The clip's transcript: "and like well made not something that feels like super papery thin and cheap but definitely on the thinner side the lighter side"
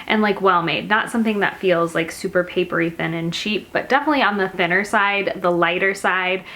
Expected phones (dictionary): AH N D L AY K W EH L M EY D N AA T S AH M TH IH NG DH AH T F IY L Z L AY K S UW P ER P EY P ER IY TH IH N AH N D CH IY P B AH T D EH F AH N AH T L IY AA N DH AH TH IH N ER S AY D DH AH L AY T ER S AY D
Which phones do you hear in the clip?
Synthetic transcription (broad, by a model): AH N L AY K W EH L M EY D N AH T S AH M TH IH NG DH AH T F IY L Z L AY K S UW P ER P EY P ER IY TH IH N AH N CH IY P B AH T D EH F AH N AH T L IY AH N DH AH TH IH N ER S AY D DH AH L AY T ER S AY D